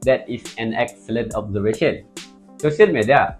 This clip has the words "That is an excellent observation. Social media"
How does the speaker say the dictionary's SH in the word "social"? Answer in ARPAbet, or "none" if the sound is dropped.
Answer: S